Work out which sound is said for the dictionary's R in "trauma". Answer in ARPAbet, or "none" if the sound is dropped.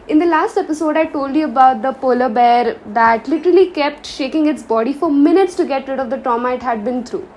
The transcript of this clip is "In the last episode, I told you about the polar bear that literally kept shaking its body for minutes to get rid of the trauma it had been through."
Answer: none